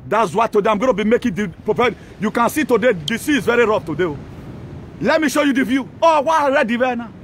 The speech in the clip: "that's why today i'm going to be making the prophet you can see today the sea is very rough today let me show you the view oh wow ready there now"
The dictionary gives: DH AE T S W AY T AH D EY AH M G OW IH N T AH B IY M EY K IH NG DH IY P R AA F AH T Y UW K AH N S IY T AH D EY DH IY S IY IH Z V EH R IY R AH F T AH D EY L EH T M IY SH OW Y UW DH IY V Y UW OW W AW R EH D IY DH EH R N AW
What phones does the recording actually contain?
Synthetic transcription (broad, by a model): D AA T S W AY T AH D EY AH M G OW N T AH B IY M EY K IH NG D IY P AA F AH Y UW K AH N S IY T AH D EY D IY S IY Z V EH R IY R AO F T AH D EY L EH T M IY SH OW Y UW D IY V Y UW OW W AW R EH D IY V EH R N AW